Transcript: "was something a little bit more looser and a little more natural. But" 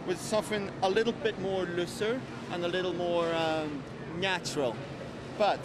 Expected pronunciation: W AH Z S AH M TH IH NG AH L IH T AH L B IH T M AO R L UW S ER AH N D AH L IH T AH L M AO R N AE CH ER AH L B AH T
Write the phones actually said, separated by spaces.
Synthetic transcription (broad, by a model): W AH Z S AH M F IH NG AH L IH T L B IH T M AO R L UW S ER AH N AH L IH T L M AO R N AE CH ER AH L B AH T